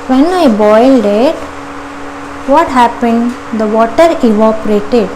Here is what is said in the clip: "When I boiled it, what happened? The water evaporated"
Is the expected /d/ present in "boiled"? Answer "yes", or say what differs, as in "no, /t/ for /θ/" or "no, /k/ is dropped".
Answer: yes